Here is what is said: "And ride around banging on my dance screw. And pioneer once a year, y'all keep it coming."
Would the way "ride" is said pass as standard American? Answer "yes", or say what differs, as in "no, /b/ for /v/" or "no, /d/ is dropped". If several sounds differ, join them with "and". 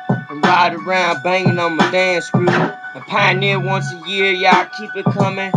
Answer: yes